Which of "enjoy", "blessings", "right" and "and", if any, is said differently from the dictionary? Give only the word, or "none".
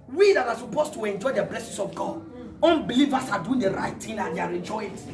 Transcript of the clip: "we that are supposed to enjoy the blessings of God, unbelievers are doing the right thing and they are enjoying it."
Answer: blessings